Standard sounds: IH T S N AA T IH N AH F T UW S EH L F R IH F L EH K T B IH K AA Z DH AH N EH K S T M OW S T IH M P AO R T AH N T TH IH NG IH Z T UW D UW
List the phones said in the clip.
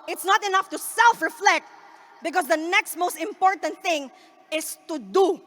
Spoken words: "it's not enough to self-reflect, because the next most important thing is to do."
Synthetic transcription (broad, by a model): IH T S N AA T IH N AH F T UW S EH L F R IH F L EH K T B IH K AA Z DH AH N EH K S T M OW S T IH M P AO R T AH N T TH IH NG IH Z T UW D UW